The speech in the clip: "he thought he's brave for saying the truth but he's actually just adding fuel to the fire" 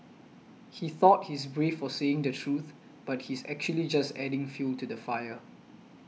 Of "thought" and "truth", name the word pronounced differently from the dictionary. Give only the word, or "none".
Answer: none